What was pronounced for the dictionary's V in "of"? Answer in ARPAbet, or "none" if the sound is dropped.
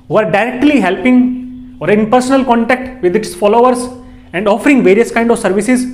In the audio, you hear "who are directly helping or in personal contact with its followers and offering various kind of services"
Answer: V